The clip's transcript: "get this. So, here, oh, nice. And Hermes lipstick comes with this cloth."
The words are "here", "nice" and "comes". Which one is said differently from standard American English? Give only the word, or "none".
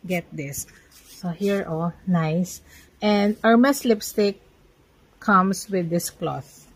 comes